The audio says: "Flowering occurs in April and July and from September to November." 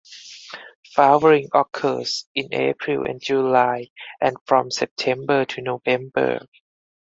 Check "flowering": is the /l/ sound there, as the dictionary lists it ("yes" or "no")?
no